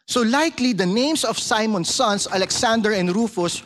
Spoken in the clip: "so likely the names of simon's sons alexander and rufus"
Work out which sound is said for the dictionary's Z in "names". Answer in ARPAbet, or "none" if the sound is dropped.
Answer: S